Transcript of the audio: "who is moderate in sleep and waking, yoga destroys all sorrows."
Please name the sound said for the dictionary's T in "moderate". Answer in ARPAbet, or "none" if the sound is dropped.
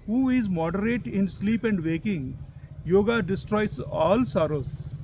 T